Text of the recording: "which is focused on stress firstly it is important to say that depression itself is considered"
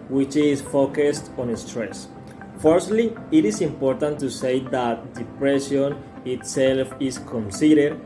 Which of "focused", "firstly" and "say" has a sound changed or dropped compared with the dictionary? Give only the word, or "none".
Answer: none